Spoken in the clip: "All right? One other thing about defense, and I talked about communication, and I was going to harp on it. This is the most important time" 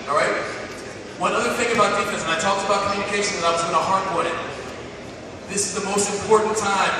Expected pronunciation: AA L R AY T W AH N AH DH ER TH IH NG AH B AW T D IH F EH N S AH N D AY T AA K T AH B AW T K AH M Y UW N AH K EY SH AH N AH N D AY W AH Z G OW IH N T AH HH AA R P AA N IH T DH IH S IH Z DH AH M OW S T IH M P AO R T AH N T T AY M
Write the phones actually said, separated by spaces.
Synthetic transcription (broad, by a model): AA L R AY T W AH N AH DH ER TH IH NG AH B AW T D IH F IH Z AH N AY T AA K T AH B AW T K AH M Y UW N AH K EY SH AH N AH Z AY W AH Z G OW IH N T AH HH AA R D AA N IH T DH IH S IH Z DH AH M OW S T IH M P AO R T N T T AY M